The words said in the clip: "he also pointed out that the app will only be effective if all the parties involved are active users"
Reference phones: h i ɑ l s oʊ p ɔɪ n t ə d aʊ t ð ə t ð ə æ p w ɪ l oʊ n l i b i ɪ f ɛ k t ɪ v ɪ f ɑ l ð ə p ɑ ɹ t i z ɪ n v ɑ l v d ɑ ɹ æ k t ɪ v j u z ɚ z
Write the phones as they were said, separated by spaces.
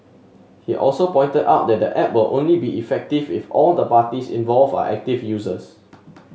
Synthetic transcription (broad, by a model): h i ɑ l s oʊ p ɔɪ n t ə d aʊ t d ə t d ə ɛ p w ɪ l oʊ n l i b i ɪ f ɛ k t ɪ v ɪ f ɑ l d ə p ɑ t i s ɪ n v ɑ l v ɑ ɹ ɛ k t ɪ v j u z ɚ s